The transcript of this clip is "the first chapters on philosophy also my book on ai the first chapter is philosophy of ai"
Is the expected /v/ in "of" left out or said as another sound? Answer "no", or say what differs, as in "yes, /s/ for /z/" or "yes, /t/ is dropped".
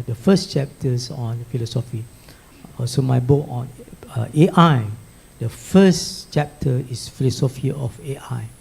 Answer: yes, /f/ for /v/